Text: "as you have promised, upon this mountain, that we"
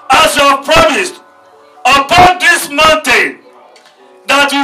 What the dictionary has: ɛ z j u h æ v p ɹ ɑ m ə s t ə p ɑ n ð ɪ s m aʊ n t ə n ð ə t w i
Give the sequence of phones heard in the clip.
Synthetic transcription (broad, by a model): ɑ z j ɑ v p ɹ ɑ m ə s t ə p ɑ n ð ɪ s m aʊ n t ə n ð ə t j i